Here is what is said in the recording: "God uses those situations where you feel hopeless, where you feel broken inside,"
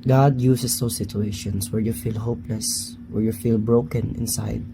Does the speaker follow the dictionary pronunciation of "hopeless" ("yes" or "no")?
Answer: yes